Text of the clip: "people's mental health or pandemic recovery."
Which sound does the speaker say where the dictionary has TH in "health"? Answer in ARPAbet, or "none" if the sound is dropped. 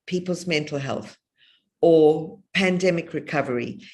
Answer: TH